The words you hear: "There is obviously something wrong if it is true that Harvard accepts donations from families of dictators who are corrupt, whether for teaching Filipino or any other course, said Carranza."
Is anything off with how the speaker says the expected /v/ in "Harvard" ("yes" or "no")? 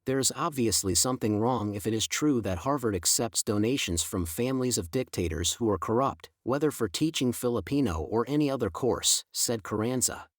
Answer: no